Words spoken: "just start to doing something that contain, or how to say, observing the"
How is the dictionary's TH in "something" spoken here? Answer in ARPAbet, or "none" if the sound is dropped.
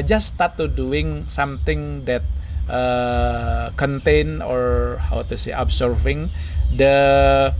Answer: T